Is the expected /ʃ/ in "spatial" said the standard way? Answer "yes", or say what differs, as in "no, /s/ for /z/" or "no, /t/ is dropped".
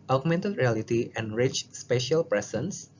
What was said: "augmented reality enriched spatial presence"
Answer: yes